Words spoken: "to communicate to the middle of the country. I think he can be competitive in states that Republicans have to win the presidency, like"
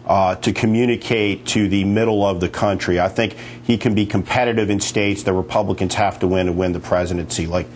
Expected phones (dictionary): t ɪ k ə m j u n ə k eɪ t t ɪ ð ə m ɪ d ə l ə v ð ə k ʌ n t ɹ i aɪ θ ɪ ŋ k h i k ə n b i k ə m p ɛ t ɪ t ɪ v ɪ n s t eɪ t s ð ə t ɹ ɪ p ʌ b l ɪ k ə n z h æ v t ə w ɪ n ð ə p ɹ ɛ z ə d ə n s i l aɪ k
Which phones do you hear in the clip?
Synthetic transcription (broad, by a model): t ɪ k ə m j u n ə k eɪ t t ɪ ð ə m ɪ d l ə v ð ə k ʌ n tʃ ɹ i aɪ θ ɪ ŋ k h i k ə n b i k ə m p ɛ t ɪ t ɪ v ɪ n s t eɪ t s ð ə t ɹ ɪ p ʌ b l ɪ k ə n z h æ f t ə w ɪ n ð ə p ɹ ɛ z ə d ə n s i l aɪ k